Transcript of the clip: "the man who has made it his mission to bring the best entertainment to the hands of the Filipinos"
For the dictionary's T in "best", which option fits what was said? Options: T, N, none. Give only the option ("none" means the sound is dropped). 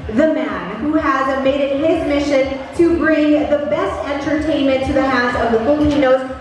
T